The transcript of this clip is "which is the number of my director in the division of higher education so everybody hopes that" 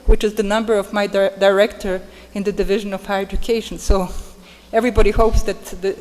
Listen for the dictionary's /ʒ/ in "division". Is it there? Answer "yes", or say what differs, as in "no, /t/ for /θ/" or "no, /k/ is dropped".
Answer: yes